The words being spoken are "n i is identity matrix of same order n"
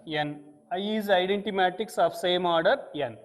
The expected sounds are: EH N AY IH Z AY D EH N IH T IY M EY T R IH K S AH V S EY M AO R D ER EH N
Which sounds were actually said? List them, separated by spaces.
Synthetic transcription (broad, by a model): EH N AY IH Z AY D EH N T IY M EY T IH K S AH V S EY M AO R D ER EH N